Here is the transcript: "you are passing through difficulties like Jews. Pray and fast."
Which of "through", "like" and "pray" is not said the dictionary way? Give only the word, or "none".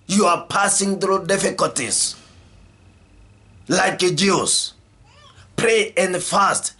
none